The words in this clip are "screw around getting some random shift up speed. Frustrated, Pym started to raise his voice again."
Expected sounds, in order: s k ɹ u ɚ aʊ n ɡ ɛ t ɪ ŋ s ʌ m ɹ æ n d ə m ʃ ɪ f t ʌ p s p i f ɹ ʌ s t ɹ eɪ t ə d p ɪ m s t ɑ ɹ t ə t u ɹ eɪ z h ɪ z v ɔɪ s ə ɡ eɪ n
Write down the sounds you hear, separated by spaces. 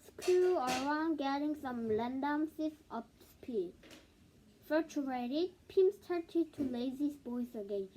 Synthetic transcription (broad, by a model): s k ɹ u ɚ aʊ n ɡ ɛ t ɪ ŋ s ʌ m l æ n d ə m s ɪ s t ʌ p s p i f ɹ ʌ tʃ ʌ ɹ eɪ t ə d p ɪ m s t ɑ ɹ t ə t u l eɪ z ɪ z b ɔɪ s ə ɡ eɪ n